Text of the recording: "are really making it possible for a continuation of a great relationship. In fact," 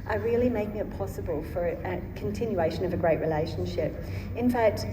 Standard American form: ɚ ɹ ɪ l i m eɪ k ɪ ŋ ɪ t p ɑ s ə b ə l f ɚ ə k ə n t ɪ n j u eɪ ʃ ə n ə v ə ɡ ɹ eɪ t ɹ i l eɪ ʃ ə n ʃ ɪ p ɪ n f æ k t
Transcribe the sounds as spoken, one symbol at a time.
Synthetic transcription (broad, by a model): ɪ ɹ ɪ l i m eɪ k ɪ ŋ ɪ t p ɑ s ə b ə l f ɚ ə k ə n t ɪ n j u eɪ ʃ ə n ə v ə ɡ ɹ eɪ t ɹ i l eɪ ʃ ə n ʃ ɪ p ɪ n f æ k t